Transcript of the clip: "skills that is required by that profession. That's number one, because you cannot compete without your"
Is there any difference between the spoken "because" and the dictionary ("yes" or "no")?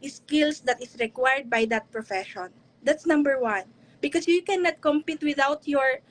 yes